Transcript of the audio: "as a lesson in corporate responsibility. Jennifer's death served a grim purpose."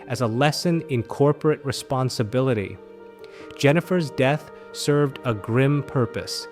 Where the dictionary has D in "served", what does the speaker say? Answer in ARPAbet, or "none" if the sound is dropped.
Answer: D